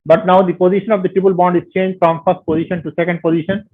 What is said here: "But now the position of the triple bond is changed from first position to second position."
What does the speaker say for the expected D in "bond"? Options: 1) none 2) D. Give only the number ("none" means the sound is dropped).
2